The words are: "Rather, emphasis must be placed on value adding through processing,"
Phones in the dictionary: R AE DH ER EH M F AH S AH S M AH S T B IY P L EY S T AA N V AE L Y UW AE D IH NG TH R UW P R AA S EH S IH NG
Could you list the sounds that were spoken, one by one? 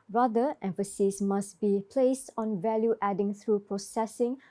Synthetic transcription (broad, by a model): R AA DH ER EH M F AH S AH S M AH S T B IY P L EY S T AA N V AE L Y UW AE D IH NG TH R UW P R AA S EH S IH NG